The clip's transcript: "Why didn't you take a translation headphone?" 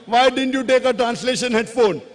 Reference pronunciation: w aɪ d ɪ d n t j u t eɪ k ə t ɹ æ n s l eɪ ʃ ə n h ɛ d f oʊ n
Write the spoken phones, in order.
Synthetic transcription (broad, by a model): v aɪ d ɪ d n t j u t eɪ k ə t ɹ æ n s l eɪ ʃ ə n h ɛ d f oʊ n